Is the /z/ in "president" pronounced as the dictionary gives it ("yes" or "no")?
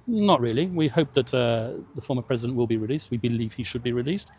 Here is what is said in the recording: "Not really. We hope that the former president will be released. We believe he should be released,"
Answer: yes